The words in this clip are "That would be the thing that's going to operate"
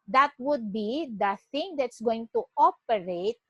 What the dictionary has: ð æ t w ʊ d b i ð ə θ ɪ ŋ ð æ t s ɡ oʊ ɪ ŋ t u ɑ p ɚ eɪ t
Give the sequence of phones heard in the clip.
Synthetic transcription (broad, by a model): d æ t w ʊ d b i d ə t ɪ ŋ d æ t s ɡ oʊ ɪ ŋ t u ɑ p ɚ eɪ t